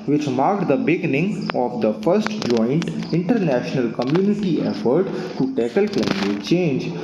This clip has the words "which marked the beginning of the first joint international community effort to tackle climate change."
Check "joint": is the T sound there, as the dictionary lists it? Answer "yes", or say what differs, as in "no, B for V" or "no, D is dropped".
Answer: yes